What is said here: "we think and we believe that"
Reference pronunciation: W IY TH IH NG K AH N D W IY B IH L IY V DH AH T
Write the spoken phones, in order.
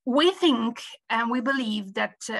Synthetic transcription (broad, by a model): W IY TH IH NG K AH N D W IY B IH L IY V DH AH T